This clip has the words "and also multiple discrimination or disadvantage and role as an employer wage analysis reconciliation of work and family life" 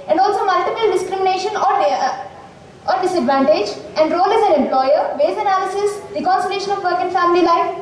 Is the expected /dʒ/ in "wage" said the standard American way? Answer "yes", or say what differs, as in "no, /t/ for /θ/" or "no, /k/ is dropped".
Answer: no, /z/ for /dʒ/